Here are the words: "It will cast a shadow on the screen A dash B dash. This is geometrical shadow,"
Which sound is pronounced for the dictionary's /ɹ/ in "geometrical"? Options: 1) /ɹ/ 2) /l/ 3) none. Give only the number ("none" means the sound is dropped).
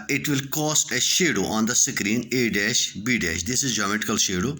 3